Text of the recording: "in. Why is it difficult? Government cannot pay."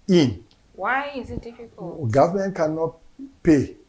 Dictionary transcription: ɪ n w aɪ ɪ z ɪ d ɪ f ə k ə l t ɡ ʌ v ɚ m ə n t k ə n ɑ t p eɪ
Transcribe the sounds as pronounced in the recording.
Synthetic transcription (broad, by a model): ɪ n w aɪ ɪ z ɪ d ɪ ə ə ɡ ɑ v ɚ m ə n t k ə n ɑ t p eɪ